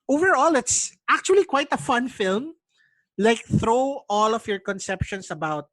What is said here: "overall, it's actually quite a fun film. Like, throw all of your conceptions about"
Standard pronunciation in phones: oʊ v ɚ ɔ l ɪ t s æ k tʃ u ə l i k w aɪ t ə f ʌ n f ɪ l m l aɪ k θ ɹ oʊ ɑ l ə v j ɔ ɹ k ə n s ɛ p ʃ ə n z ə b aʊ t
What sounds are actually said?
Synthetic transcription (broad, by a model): oʊ v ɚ ɔ l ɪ t s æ k tʃ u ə l i k w aɪ t ə f ʌ n f ɪ l m l aɪ k θ ɹ oʊ ɑ l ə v j ɔ ɹ k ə n s ɛ p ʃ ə n s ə b aʊ t